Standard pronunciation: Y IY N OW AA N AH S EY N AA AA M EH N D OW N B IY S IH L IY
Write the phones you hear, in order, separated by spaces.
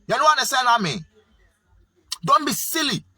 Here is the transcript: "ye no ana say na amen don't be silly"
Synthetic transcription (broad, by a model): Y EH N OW AA N AH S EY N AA AA M EH N D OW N B IY S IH L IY